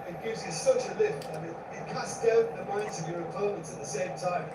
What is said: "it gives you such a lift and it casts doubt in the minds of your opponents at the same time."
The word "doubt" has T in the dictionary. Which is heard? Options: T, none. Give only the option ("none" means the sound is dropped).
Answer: none